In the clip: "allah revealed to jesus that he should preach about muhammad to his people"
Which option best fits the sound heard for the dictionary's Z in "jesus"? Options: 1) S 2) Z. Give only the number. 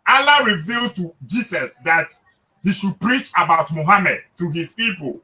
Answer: 1